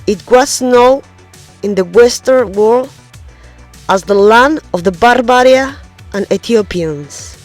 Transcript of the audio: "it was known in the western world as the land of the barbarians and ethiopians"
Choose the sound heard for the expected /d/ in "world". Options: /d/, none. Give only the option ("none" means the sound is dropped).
none